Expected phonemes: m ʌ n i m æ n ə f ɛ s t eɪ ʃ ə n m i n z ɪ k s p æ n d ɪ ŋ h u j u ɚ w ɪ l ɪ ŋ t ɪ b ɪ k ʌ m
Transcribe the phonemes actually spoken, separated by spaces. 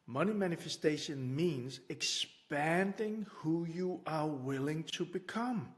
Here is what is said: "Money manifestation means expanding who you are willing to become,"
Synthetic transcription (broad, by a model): m ʌ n i m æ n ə f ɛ s t eɪ ʃ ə n m i n z ɪ k s p æ n d ɪ ŋ h u j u ɚ w ɪ l ɪ ŋ t ɪ b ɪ k ʌ m